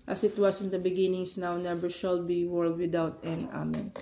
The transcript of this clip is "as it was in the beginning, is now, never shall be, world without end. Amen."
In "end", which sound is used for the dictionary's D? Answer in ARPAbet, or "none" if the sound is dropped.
none